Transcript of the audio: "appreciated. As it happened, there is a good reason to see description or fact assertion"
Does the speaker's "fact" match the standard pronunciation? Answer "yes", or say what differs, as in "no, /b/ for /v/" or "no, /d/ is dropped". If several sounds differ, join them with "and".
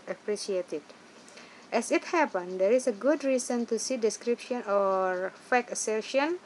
no, /t/ is dropped